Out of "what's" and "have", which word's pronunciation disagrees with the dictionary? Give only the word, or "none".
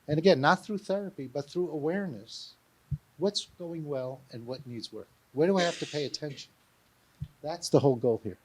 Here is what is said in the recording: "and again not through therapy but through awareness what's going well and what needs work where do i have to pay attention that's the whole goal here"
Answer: have